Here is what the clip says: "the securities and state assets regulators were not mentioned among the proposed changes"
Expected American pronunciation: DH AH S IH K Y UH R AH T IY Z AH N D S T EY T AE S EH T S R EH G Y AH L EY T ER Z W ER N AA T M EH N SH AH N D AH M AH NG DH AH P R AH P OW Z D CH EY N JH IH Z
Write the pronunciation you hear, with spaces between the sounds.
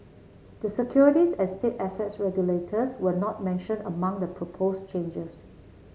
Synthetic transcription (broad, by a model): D AH S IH K Y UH R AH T IY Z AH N S T EY T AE S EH T S R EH G Y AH L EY T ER S W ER N AA T M EH N SH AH N AH M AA NG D AH P R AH P OW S CH EY N JH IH S